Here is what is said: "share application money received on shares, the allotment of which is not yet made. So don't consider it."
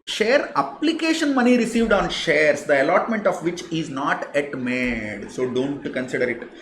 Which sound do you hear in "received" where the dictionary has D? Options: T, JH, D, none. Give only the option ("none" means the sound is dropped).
D